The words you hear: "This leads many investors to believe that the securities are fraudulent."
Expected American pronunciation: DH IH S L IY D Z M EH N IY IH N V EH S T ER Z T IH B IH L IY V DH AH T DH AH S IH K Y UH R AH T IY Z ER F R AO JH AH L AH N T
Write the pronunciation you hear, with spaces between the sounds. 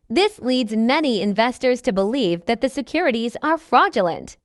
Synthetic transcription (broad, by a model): DH IH S L IY D Z M EH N IY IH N V EH S T ER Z T IH B IH L IY V DH AH T DH AH S IH K Y UH R AH T IY Z ER F R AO JH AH L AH N T